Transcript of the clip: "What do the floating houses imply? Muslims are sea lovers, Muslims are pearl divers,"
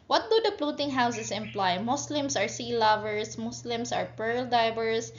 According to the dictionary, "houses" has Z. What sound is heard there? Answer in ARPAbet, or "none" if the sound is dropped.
S